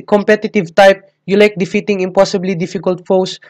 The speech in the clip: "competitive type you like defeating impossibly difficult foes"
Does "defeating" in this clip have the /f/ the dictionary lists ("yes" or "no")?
yes